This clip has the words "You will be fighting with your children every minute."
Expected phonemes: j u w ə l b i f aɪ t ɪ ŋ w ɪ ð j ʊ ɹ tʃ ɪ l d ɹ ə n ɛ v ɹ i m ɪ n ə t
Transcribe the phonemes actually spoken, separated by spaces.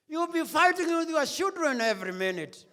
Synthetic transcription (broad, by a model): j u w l b i f aɪ t ɪ ŋ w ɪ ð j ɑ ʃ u d ɹ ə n ɛ v ɹ i m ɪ n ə t